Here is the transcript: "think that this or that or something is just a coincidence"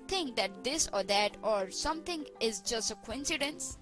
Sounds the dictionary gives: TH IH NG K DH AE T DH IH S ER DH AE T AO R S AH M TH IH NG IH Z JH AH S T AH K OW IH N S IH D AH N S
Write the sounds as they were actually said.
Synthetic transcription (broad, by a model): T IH NG K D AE T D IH S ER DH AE T AO R S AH M T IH NG IH Z JH AH S T AH K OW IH N S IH D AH N S